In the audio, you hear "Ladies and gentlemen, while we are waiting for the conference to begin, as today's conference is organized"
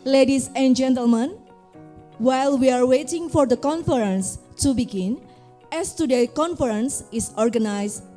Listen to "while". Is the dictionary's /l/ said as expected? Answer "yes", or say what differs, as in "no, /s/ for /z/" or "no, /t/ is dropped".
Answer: yes